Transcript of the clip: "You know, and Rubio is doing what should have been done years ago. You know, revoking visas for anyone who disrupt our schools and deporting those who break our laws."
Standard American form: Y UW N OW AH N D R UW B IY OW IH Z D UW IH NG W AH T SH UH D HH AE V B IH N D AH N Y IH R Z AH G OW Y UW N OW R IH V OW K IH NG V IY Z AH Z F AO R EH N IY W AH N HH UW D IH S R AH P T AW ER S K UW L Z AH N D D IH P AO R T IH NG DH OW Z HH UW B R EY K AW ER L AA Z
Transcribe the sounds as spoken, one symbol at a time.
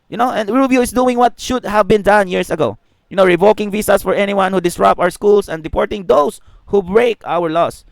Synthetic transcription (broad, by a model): Y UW N OW AH N D R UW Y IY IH S D UW IH NG W AH T SH UH D HH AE V B IH N D AH N Y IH R S AH G OW Y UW N OW R IH V OW K IH NG V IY S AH S F AO R EH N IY W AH N HH UW D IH S R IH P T AW ER S K UW L S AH N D D IH P AO R T IH NG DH OW S HH UW B R EY K AW ER L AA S